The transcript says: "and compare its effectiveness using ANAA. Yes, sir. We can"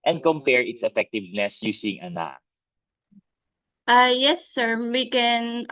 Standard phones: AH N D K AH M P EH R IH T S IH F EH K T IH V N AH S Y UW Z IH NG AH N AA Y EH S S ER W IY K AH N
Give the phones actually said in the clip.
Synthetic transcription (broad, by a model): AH N D K AH M P EH R IH T S IH F EH K T IH V N AH S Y UW S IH NG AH N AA Y EH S S ER W IY K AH N